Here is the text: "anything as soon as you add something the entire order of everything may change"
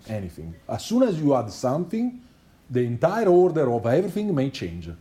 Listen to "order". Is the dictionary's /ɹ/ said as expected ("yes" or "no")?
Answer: yes